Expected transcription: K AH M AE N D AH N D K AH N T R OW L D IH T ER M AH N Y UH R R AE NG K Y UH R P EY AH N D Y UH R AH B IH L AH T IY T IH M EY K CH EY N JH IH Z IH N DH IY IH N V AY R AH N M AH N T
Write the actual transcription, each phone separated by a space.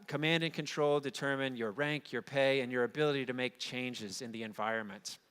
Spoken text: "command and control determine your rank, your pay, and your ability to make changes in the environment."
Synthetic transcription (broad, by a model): K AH M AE N D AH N K AH N T R OW L D IH T ER M AH N Y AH R R AE NG K Y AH R P EY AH N Y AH R AH B IH L AH T IY T IH M EY K CH EY N JH IH Z IH N DH IY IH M V AY R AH N M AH N T